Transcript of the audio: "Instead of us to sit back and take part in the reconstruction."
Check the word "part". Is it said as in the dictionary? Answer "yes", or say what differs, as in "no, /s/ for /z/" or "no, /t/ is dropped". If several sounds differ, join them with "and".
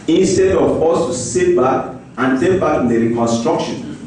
no, /b/ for /p/